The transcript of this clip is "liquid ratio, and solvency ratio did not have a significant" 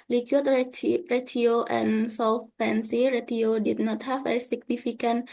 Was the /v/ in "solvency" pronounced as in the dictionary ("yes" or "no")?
no